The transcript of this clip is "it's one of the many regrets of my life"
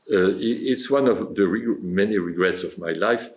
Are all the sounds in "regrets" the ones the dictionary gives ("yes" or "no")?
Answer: yes